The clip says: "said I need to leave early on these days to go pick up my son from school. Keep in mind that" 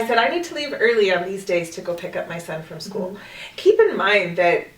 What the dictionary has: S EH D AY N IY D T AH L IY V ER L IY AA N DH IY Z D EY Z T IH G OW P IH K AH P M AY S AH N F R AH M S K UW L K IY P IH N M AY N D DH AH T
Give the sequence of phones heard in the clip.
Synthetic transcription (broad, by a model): S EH D AY N IY D T AH L IY V ER L IY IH N DH IY Z D EY Z T IH G OW P IH K AH P M AY S AH N F R AH M S K UW L K IY P IH N M AY N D DH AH T